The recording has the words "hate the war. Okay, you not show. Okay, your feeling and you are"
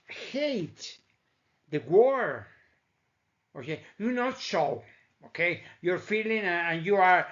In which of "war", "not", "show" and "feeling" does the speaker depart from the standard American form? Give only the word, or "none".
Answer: show